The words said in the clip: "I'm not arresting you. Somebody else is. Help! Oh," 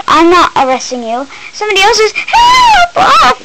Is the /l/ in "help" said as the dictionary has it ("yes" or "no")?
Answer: no